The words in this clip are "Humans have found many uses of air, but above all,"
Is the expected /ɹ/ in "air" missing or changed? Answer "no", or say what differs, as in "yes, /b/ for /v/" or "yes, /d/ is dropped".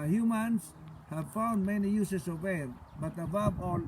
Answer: yes, /l/ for /ɹ/